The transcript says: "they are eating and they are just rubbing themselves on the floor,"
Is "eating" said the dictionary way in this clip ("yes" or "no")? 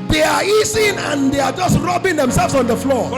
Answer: no